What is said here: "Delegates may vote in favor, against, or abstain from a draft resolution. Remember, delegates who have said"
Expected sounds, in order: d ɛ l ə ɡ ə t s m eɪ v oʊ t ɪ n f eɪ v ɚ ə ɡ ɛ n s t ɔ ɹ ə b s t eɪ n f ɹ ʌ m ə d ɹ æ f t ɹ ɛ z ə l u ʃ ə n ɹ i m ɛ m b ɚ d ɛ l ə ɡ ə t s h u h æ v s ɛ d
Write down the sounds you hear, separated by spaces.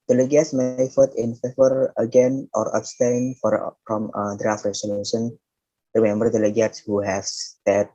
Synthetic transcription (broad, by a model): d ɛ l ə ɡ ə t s m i f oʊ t ɪ n f eɪ v ɚ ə ɡ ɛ n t ɔ ɹ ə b s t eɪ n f ɹ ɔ m ə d ɹ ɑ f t ɹ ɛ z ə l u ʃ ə n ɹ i m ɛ m b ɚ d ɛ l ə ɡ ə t s h u h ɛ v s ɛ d